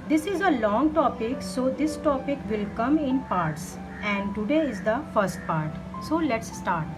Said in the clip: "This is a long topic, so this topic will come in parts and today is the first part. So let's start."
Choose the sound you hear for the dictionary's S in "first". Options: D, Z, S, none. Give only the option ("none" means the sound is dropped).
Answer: S